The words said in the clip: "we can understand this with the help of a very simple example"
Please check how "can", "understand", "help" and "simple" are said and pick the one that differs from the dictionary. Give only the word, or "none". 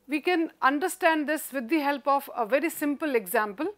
none